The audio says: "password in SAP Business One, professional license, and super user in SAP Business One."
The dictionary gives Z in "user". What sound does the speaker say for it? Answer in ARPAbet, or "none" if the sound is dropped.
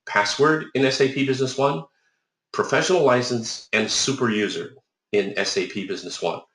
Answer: Z